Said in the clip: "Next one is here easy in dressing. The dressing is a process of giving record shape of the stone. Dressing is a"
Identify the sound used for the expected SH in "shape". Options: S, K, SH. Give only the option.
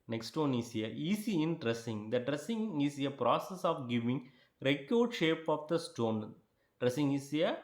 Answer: SH